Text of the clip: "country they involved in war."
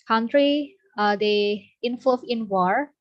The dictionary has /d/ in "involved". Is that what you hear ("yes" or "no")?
no